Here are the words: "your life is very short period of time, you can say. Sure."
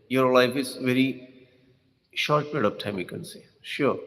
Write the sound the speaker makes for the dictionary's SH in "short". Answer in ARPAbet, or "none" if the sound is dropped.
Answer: SH